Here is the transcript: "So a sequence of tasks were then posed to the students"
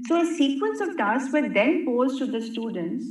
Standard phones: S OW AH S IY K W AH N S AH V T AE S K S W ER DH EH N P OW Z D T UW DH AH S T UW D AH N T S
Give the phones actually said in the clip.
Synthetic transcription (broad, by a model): S OW AH S IY K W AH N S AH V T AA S S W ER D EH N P OW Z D T UW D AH S T UW D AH N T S